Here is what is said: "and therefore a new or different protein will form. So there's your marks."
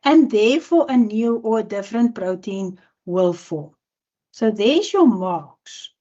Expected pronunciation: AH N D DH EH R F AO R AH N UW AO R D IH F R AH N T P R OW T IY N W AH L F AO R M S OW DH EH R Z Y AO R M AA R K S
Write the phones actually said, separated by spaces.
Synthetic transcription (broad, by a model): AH N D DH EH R F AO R AH N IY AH W D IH F R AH N T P R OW T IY N W AH L F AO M S OW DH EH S Y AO M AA K S